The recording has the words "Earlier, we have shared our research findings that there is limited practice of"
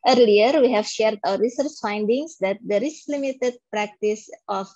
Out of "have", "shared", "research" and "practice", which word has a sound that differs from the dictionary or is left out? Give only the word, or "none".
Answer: none